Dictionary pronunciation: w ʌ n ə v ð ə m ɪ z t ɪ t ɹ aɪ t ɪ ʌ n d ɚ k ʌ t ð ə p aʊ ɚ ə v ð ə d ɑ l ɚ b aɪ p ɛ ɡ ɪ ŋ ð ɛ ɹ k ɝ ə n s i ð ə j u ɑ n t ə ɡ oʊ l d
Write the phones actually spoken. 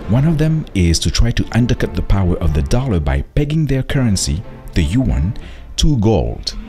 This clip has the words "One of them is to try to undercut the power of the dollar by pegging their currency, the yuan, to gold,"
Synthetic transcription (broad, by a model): w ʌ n ə v ð ə m ɪ z t ɪ t ɹ aɪ t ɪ ʌ n d ɚ k ʌ t ð ə p aʊ ɚ ə v ð ə d ɑ l ɚ b aɪ p ɛ ɡ ɪ ŋ ð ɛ ɹ k ɝ ə n s i ð ə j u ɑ n t ə ɡ oʊ l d